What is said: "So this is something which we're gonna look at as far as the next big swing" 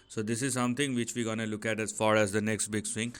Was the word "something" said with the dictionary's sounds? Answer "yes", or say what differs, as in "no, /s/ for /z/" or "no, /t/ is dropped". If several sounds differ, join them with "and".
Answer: no, /t/ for /θ/